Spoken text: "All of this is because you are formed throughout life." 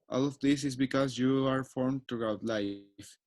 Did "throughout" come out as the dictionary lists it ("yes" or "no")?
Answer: no